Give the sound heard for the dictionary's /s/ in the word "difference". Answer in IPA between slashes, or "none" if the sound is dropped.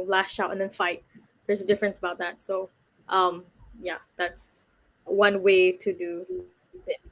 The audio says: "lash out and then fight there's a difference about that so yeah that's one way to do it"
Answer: /s/